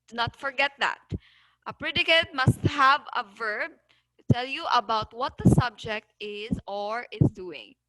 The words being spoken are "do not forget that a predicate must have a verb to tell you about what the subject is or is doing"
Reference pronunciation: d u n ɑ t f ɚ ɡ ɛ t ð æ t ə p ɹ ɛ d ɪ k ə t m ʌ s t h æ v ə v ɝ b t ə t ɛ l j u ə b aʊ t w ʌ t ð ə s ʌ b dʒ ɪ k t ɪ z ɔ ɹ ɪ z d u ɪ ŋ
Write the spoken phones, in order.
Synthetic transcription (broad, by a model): n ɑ t f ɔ ɡ ɛ t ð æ t ə p ɹ ɛ d ɪ k ə t m ʌ s t h æ v ə v ɝ b t ə t ɛ l j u ə b aʊ t w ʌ t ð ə s ʌ b dʒ ɪ k t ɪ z ɔ ɹ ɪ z d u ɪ ŋ